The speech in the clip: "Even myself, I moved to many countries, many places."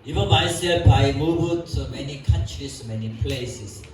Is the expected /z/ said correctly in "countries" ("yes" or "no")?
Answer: no